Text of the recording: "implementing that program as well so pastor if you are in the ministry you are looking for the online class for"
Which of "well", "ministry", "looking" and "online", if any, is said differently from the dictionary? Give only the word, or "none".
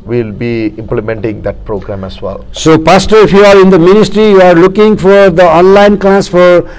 none